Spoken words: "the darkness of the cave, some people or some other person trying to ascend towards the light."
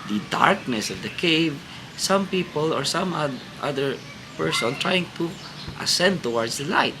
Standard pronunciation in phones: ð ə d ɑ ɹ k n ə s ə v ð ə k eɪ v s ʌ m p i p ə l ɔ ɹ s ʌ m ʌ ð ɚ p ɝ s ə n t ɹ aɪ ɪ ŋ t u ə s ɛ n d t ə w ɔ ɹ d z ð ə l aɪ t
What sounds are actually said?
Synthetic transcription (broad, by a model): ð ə d ɑ ɹ k n ə s ə v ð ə k eɪ v s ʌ m p i p ə l ɔ ɹ s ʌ m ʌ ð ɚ p ɝ s ə n t ɹ aɪ ɪ ŋ t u ə s ɛ n d t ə w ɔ ɹ d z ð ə l aɪ t